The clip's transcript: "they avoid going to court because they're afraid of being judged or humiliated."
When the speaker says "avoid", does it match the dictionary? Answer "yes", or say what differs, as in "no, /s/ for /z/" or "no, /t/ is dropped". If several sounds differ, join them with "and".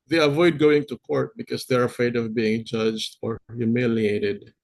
yes